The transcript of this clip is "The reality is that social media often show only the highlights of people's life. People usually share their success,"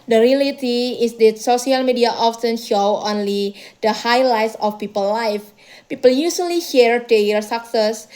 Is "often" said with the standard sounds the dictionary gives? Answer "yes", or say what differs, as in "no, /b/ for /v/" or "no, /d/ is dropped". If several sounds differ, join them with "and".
no, /s/ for /t/